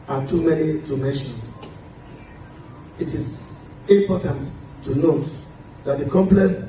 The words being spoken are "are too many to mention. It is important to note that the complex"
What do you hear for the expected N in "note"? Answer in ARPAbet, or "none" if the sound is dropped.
N